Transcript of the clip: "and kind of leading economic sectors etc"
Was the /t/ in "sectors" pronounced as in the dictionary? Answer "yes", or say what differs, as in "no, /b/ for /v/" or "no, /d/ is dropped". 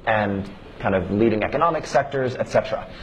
yes